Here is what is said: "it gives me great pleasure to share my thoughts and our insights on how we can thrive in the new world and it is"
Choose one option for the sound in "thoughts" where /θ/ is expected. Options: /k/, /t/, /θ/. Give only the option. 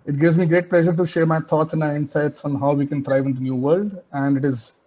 /t/